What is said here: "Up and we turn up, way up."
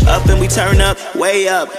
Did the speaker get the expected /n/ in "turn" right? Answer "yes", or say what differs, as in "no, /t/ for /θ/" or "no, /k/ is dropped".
yes